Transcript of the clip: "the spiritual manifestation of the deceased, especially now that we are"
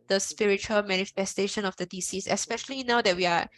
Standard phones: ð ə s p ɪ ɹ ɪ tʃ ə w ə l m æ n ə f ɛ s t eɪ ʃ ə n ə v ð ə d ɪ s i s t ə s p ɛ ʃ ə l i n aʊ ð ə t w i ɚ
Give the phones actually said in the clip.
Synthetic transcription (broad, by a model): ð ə s p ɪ ɹ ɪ tʃ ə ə l m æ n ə f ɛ s t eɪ ʃ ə n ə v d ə d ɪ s i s ə s p ɛ ʃ ə l i n aʊ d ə t w i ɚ